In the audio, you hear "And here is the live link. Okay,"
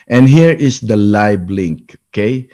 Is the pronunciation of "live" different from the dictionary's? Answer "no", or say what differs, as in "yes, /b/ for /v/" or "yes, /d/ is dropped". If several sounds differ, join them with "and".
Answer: yes, /b/ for /v/